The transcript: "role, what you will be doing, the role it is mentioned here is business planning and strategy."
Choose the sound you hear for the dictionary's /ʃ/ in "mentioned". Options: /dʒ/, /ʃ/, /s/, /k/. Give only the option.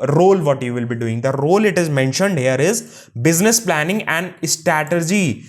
/ʃ/